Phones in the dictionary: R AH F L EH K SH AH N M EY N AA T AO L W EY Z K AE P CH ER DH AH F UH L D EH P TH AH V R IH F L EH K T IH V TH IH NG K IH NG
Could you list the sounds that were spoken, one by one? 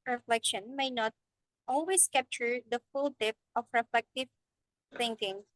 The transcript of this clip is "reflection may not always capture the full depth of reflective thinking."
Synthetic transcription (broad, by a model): R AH F L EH K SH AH N M EY N AA T AO L W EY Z K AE P CH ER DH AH F UH L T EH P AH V R IH F L EH K T IH V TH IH NG K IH NG